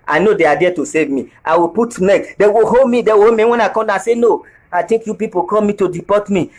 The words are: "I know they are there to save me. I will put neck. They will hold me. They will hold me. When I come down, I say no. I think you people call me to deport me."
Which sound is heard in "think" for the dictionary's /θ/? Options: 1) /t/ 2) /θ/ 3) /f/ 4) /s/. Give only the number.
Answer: 1